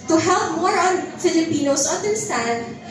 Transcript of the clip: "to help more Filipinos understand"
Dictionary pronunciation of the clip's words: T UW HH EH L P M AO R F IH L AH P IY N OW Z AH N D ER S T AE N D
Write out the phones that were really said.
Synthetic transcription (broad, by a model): T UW HH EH L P M AO R F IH L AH P IY N OW S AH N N S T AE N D